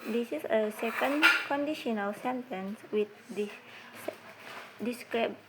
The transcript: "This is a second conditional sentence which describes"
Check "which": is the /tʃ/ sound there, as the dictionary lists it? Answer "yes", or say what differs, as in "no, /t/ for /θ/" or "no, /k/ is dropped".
no, /s/ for /tʃ/